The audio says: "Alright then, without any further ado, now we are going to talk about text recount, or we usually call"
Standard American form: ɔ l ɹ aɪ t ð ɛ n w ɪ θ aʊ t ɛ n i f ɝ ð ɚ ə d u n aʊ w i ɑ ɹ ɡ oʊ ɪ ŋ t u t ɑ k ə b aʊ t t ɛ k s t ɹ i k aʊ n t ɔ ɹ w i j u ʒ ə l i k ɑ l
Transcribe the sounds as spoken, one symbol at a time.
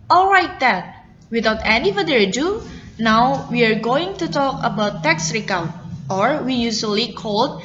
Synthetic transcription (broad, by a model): ɔ l ɹ aɪ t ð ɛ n w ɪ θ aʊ t ɛ n i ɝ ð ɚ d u n aʊ w i ɑ ɹ ɡ oʊ ɪ ŋ t u t ɑ k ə b aʊ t t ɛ k s ɹ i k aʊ t ɔ ɹ w i j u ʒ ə l i k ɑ l